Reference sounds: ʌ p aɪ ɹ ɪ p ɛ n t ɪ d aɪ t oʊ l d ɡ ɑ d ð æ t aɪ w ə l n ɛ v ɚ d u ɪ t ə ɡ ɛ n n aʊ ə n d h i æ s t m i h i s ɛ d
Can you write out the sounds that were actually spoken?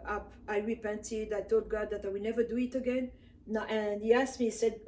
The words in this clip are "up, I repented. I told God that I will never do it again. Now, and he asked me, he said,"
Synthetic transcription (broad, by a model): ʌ p aɪ ɹ ɪ p ɛ n t ɪ d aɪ t oʊ l d ɡ ɑ d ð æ t aɪ w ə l n ɛ v ɚ d u ɪ t ə ɡ ɛ n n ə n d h i æ s t m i i s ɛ d